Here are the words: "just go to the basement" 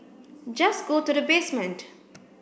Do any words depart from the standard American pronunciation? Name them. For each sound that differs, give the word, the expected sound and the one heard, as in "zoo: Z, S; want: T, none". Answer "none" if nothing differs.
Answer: none